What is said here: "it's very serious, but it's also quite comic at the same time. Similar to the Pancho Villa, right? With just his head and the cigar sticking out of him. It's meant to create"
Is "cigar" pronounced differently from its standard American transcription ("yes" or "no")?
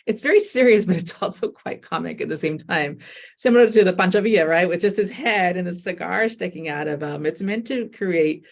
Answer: no